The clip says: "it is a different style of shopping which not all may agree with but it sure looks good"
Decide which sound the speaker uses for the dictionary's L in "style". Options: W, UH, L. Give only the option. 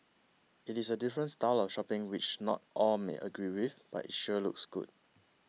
L